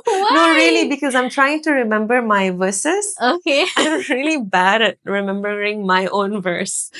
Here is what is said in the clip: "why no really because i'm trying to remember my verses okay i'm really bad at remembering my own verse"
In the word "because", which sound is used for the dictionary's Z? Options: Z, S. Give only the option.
Z